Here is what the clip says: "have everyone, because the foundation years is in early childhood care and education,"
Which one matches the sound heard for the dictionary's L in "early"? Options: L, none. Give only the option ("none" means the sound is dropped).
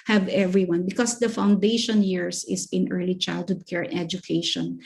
L